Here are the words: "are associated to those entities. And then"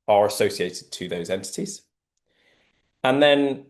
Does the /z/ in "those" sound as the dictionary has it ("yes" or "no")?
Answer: yes